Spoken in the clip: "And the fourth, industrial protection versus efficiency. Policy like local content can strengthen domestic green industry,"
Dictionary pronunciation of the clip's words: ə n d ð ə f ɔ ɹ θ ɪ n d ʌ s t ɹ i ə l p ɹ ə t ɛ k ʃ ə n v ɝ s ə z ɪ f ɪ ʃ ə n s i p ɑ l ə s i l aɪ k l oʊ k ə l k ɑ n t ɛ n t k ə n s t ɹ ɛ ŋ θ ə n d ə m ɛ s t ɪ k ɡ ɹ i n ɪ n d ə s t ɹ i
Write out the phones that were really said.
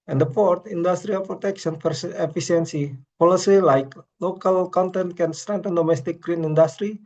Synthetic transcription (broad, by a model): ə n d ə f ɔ ɹ t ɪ n d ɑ s t ɹ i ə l p ɹ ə t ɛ k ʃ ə n p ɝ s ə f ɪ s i ə n s i p ɑ l ə s i l aɪ k l oʊ k ə l k ɑ n t ɛ n t k ə n s t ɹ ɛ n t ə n d ə m ɛ s t ɪ k ɡ ɹ i n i n d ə s t ɹ i